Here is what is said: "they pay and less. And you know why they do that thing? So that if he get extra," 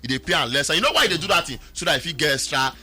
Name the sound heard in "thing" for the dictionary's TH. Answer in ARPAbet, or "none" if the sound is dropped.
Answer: T